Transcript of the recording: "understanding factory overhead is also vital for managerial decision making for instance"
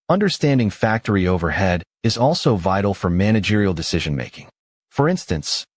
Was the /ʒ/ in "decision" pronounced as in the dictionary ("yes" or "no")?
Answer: yes